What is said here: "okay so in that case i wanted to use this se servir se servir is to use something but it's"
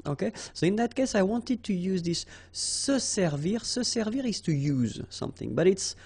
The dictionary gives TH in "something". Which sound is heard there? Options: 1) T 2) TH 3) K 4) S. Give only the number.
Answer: 2